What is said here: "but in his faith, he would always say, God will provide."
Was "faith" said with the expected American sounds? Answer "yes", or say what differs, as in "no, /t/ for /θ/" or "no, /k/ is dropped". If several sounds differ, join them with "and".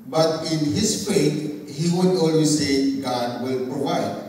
no, /t/ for /θ/